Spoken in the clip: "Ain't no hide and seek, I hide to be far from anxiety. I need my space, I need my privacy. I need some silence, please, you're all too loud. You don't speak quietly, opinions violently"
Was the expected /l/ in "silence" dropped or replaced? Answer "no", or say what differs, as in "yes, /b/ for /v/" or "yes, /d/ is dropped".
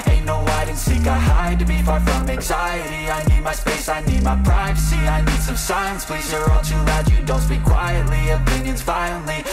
yes, /l/ is dropped